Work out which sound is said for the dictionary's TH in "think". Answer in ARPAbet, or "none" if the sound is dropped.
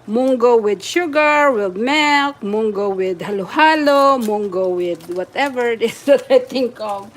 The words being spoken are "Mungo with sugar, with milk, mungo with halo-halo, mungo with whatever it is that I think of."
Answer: T